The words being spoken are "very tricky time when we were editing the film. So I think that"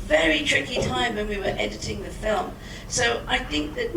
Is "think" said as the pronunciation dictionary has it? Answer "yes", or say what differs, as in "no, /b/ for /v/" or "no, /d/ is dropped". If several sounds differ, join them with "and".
yes